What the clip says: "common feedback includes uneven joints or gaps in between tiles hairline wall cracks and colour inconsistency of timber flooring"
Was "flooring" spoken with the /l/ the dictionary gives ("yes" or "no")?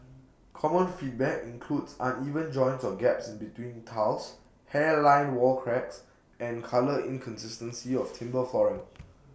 no